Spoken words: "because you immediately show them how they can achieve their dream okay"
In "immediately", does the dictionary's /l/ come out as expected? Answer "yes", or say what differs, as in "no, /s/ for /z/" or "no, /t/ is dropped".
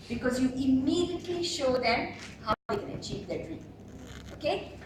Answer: yes